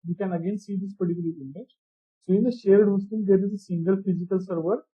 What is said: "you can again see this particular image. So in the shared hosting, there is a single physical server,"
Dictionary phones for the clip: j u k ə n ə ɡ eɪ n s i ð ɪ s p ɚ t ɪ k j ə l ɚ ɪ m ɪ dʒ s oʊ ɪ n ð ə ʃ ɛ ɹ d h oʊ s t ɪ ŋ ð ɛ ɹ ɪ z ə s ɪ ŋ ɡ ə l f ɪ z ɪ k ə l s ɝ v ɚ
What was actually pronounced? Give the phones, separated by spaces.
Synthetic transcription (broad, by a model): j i k ə n ə ɡ eɪ n s i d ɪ s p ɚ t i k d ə i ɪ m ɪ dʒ s oʊ ɪ n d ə ʃ ɛ ɹ d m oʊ s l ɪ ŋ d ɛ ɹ ɪ z ə s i ŋ ɡ ə l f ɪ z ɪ k ə l s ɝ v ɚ